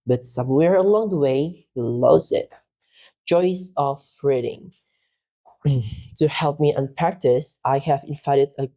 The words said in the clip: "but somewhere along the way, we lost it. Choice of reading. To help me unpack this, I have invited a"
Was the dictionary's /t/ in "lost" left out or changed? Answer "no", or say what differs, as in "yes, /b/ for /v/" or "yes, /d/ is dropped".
yes, /t/ is dropped